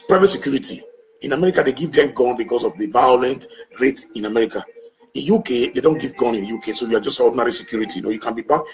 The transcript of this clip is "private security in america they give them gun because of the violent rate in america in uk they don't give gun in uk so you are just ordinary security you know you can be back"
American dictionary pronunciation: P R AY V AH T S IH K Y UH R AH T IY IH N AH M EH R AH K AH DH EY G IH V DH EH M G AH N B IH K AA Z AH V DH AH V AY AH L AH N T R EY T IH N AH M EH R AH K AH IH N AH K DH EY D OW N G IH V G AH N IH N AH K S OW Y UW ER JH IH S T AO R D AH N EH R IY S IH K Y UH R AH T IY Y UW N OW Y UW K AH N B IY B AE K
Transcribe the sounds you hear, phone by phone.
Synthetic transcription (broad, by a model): P R AY V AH T S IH K Y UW R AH T IY IH N AH M EH R AH K AH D EY G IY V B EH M G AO N B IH K AA S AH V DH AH V AY AH L AH N T R EY T IH N AH M EH R AH K AH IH N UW K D EY D OW N G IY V G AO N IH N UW K S OW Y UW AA JH IH S T AO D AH N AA R IY S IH K Y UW R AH T IY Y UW N OW Y UW K AH N B IY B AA